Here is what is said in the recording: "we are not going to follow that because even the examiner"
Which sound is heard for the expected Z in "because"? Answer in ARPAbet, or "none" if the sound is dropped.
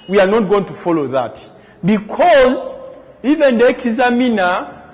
Z